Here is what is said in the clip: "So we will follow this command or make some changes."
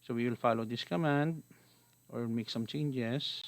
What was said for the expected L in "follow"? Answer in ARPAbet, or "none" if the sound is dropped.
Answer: L